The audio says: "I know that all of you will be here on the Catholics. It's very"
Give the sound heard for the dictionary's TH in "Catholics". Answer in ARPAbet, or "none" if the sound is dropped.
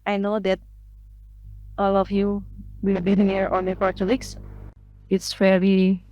T